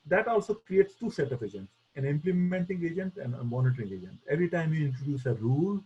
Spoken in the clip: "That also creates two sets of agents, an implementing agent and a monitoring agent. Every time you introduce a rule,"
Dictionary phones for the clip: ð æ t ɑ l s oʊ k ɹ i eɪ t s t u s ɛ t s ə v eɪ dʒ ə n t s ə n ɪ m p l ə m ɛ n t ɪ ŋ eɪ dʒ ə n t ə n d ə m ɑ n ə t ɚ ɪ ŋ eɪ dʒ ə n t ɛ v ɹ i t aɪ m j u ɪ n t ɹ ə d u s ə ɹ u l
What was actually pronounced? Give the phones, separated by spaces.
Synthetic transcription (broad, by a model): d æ t ɑ l s oʊ k ɹ i eɪ t s t u s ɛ t ə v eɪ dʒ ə n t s ə n ɪ m p l ə m ɛ n t ɪ ŋ eɪ dʒ ə n t ə n d ə m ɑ n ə t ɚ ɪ ŋ eɪ dʒ ə n t ɛ v ɹ i t aɪ m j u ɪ n t ɹ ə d u s ə ɹ u l